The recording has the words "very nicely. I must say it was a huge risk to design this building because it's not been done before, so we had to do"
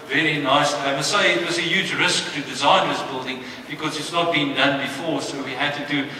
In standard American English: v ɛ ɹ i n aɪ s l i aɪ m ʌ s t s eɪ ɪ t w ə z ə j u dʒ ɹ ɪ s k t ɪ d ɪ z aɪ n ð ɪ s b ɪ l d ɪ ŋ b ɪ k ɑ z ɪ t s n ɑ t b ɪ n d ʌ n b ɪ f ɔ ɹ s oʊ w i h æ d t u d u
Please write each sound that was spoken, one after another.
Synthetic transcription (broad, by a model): v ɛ ɹ i n aɪ s i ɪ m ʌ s s eɪ ɪ t w ə z ə j u dʒ ɹ ɪ s k t ɪ d ɪ z aɪ n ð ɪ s b ɪ l d ɪ ŋ b ɪ k ɑ z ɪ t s n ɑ t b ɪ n d ʌ n b ɪ f ɔ ɹ s oʊ w i h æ d t u d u